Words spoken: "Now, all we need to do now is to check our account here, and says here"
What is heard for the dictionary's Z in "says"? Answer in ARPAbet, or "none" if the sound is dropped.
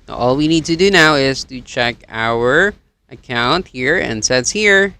S